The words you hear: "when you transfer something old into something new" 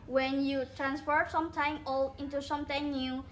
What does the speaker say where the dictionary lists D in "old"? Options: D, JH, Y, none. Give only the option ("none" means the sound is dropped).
none